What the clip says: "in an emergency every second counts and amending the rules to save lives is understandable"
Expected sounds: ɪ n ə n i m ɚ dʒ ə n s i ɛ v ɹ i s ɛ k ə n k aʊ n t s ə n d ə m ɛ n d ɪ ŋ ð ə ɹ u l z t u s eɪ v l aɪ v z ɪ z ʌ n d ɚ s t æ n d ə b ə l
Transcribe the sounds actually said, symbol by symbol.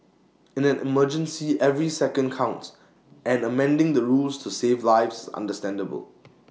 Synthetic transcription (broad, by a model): ɪ n ə n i m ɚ dʒ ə n s i ɛ v ɹ i s ɛ k ə n k aʊ n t ə n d ə m ɛ n d ɪ ŋ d ə ɹ u l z t u s eɪ v l aɪ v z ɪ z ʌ n d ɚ s t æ n d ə b ə l